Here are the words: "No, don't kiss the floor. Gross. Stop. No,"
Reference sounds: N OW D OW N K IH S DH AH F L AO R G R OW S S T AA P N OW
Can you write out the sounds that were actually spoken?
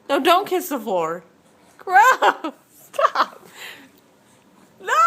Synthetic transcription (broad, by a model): N OW D OW N K IH S DH AH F AO R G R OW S S T AA P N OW